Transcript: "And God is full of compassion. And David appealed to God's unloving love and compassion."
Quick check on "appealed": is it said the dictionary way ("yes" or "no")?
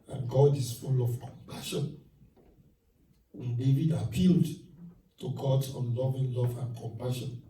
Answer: yes